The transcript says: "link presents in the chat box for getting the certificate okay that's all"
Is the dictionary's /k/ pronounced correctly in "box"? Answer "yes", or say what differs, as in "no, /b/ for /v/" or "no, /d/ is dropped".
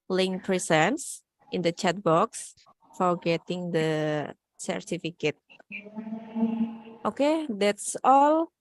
yes